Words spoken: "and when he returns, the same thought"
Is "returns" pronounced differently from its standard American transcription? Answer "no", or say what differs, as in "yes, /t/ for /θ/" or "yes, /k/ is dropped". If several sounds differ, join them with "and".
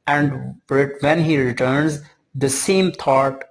no